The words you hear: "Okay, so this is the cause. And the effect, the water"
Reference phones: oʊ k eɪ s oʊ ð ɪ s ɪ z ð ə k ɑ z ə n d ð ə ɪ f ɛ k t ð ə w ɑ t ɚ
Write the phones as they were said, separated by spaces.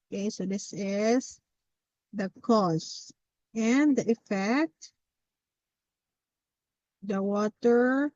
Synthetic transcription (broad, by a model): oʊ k eɪ s oʊ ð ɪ s ɪ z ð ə k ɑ s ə n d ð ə ɪ f ɛ k t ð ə w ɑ t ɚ